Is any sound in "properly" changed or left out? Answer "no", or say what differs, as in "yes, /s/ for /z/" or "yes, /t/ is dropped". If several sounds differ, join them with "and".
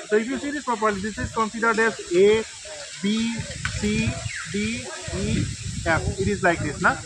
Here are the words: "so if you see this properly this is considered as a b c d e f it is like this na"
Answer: yes, /ɹ/ is dropped